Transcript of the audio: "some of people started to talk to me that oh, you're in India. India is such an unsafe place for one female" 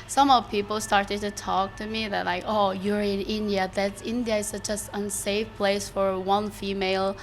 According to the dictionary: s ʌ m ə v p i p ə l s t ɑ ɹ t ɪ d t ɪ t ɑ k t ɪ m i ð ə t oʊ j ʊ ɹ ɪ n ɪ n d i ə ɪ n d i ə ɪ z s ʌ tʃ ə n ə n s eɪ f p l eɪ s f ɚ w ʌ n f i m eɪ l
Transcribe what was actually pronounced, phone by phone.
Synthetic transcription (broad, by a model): s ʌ m ə v p i p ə l s t ɑ ɹ t ɪ d t ɪ t ɑ k t ɪ m i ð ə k oʊ j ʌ ɹ ɪ n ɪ n d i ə ɪ n d i ə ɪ s ʌ tʃ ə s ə n s eɪ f p l eɪ s f ɚ w ʌ n f i m eɪ l